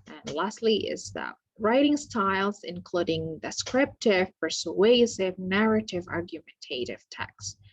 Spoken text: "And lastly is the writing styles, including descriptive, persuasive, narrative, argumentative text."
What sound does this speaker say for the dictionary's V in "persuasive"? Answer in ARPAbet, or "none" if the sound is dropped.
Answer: V